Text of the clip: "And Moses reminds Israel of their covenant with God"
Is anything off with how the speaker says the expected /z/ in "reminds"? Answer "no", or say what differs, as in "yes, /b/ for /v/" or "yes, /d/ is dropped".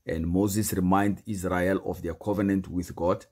yes, /z/ is dropped